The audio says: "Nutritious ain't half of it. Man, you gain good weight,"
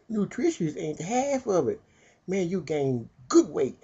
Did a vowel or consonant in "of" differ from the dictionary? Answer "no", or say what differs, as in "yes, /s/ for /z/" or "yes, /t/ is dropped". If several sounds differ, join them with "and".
no